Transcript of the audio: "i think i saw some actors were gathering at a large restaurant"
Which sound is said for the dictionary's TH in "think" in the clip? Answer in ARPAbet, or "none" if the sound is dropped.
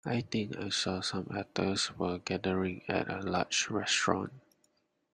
T